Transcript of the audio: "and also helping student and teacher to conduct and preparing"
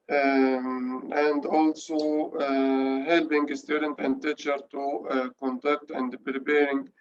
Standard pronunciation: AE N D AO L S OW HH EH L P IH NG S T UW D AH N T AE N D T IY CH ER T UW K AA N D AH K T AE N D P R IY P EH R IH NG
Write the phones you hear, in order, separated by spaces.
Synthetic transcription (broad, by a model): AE N D AO L S OW HH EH L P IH NG S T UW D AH N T AE N D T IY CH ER T UW K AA N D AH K T AE N D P R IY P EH R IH NG